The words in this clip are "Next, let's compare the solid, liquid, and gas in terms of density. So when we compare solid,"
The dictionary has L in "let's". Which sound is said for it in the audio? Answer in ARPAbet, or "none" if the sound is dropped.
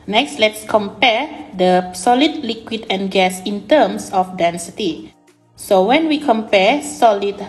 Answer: L